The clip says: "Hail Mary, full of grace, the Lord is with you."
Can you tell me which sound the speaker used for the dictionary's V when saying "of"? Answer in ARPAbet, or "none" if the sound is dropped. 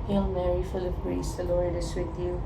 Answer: P